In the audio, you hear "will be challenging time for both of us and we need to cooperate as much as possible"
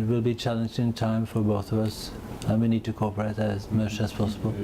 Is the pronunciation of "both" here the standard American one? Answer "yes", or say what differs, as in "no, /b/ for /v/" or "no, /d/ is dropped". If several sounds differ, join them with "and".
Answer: yes